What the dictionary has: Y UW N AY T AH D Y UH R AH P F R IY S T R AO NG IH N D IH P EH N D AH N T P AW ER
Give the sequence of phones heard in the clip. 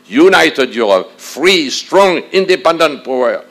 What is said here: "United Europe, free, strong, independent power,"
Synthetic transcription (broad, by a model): Y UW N AY T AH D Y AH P F R IY S T R AO NG IH N D IH P EH N D AH N T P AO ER